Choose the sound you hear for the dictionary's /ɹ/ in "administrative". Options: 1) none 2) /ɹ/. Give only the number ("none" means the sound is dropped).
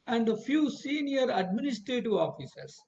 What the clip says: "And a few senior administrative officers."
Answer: 2